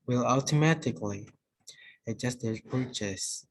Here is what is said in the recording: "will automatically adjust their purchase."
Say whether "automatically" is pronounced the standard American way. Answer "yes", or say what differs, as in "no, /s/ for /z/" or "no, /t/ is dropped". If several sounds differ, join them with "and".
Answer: yes